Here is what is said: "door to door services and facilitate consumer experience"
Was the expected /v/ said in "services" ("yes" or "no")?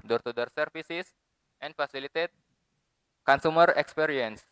no